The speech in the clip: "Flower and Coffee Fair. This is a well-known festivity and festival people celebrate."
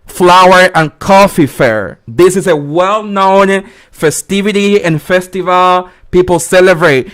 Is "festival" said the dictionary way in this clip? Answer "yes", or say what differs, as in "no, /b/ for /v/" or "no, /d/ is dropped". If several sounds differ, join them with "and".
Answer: yes